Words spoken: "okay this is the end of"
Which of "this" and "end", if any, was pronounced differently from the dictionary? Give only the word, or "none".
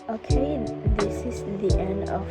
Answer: none